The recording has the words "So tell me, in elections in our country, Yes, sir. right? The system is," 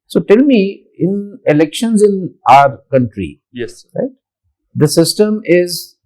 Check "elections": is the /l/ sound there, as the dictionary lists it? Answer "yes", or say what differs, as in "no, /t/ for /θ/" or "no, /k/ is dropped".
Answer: yes